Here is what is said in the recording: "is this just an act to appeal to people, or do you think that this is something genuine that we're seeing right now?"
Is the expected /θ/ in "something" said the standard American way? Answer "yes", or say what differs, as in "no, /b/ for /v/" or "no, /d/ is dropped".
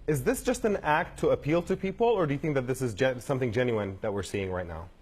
yes